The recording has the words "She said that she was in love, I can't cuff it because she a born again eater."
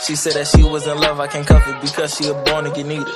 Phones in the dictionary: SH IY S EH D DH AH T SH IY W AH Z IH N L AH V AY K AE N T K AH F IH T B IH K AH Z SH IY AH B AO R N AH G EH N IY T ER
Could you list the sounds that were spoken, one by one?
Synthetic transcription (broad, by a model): SH IY S EH D DH AH T SH IY W AH Z IH N L AH V AY K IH N K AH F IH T B IH K AH Z SH IY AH B AO R N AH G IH N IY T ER